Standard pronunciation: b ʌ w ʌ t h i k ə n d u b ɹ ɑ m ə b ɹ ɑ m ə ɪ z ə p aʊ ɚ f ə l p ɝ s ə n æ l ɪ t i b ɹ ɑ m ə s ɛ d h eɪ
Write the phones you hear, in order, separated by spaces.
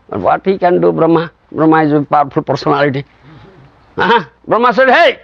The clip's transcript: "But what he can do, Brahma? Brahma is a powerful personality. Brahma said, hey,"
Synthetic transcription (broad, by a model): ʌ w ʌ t h i k ə n d u b ɹ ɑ m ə b ɹ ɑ m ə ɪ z ə p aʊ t p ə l p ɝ s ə n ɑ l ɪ t i b ɹ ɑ m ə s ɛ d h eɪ